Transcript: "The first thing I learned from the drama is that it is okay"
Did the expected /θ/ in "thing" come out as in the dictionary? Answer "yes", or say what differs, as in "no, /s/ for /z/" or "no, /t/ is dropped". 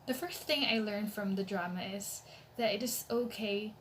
yes